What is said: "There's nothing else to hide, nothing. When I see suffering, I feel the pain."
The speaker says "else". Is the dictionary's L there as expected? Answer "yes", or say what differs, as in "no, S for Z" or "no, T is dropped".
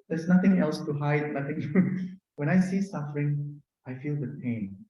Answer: yes